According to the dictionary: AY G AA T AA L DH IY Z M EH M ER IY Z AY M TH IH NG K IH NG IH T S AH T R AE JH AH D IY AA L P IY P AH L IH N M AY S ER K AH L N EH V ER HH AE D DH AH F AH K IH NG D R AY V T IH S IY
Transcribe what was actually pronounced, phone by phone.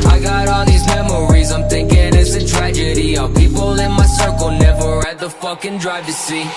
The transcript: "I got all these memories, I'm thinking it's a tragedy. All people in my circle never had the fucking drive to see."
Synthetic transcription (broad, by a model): AY G AA T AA DH IY Z M EH M ER IY Z AY M TH IH NG K IH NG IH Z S AH T R AE JH AH D IY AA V P IY P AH L IH N M AY S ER K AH L N EH V ER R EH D DH AH F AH K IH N D R AY V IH S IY